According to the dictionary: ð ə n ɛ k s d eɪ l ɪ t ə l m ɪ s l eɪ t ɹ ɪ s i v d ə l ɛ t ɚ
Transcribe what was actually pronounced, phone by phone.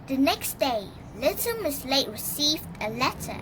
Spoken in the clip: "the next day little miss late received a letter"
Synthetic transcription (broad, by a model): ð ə n ɛ k s d eɪ l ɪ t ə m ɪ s l eɪ t ɹ ɪ s i v d ə l ɛ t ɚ